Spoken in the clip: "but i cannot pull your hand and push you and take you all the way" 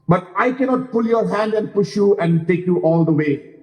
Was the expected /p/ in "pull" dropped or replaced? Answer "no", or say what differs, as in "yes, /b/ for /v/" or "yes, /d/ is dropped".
no